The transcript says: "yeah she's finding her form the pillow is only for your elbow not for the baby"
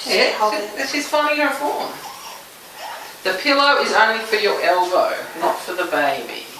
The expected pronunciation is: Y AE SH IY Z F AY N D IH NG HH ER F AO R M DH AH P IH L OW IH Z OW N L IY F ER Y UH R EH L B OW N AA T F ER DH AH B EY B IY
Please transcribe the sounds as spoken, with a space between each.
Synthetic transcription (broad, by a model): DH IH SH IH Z F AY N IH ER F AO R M DH AH P IH L OW IH Z OW N L IY F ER Y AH R EH L B OW N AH T F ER DH AH B EY B IY